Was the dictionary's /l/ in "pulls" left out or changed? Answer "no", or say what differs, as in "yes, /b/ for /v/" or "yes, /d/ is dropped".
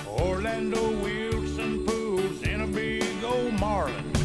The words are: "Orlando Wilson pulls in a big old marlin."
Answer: yes, /l/ is dropped